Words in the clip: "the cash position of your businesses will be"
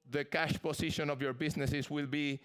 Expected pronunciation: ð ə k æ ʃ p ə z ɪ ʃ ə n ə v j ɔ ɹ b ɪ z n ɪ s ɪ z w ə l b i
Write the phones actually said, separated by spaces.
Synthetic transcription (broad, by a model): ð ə k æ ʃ p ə s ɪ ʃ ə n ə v j ɔ ɹ b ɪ s n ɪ s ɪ s w ə l b i